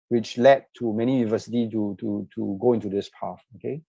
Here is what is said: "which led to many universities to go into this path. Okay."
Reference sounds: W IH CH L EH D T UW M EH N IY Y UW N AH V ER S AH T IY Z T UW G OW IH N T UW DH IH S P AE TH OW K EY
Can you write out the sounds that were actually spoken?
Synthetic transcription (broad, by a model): W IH CH L EH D T UW M EH N IY Y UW N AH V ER S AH T IY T T UW G OW IH N T UW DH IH S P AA F OW K EY